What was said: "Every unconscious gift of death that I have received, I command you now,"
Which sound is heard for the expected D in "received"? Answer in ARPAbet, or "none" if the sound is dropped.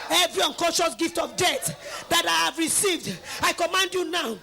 D